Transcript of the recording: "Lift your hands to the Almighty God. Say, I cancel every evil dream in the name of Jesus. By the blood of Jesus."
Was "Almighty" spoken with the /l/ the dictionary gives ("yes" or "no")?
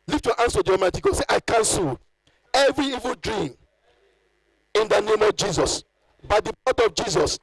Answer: no